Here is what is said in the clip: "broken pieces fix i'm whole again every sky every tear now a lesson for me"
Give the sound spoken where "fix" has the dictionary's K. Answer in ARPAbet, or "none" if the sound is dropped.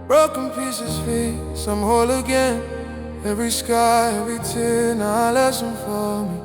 none